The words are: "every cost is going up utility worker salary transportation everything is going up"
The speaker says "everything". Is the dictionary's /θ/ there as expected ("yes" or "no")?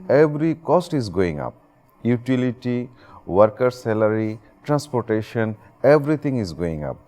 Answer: no